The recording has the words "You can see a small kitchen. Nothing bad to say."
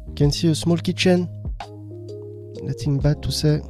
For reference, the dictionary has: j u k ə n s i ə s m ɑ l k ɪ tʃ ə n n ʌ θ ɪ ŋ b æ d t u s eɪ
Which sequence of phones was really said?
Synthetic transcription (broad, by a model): k ə n s i ə s m ɑ l k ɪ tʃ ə n l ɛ t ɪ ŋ b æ t u s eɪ